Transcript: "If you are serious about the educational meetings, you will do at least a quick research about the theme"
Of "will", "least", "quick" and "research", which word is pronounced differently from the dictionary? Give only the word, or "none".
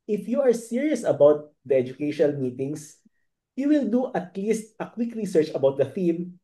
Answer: none